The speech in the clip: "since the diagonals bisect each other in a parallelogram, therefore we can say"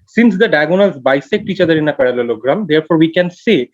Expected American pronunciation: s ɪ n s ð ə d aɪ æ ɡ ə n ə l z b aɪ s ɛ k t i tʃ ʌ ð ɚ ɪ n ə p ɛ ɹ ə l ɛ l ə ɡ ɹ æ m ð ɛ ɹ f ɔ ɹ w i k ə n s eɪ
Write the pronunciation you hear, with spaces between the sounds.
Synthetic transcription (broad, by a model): s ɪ n s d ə d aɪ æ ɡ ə n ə l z b aɪ s ɛ k t i tʃ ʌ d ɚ ɪ n ə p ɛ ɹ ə l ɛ l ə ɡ ɹ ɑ m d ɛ ɹ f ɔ ɹ w i k ə n s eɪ